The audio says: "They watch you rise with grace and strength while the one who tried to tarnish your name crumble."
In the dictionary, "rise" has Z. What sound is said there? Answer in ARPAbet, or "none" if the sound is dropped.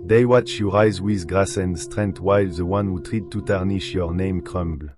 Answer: Z